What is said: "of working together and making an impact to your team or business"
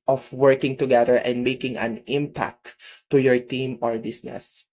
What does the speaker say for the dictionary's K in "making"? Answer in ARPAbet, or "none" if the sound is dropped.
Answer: K